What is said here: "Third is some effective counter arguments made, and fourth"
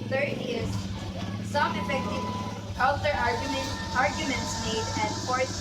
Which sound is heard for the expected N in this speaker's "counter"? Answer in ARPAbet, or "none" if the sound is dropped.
L